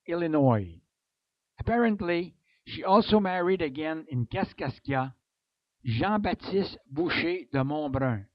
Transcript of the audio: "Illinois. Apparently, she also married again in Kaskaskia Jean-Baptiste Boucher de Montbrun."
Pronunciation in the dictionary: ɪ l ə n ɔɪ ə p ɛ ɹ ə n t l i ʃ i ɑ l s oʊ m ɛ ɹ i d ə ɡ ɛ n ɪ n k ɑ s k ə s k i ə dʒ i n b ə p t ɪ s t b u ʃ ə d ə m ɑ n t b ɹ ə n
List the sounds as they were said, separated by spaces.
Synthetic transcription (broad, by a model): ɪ l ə n ɔɪ ə p ɛ ɹ ə n t l i ʃ i ɑ l s oʊ m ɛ ɹ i d ə ɡ ɛ n ɪ n k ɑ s k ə s k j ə ʒ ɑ b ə t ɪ s t b u ʃ ə d ə m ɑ b ɹ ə